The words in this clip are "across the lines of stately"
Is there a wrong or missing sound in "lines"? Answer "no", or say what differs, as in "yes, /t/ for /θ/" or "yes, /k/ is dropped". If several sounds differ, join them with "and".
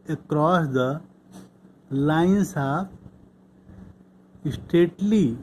yes, /s/ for /z/